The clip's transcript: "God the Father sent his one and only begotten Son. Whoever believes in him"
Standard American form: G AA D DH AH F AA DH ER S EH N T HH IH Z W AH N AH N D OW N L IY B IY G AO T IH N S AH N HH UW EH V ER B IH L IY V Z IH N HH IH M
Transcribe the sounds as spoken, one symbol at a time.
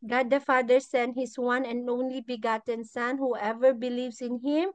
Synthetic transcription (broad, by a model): G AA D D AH F AA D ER S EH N HH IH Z W AH N AH N D OW N L IY B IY G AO T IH N S AH N HH UW EH V ER B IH L IY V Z IH N HH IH M